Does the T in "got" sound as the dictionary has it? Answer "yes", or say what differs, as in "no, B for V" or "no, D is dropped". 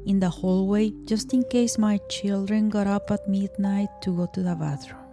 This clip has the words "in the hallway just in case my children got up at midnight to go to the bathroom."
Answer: yes